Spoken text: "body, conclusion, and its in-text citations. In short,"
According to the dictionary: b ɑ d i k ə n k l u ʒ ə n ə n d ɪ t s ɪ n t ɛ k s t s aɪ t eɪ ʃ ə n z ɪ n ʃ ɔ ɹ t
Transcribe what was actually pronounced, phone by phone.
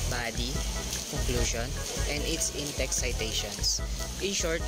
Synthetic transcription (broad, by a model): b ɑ d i k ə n k l u ʃ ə n ə n d ɪ t s ɪ n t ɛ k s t s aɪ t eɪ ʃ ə n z ɪ n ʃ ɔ ɹ t